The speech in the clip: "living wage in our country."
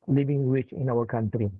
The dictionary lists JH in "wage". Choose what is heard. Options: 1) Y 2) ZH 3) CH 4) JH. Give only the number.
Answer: 3